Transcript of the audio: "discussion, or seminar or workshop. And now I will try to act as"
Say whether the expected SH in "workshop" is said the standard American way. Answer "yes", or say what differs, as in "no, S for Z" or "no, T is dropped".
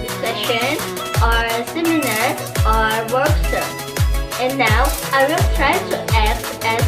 no, S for SH